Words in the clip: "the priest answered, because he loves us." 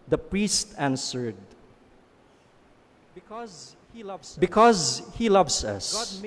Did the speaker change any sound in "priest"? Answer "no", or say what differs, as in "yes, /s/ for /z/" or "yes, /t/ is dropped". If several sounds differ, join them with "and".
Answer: no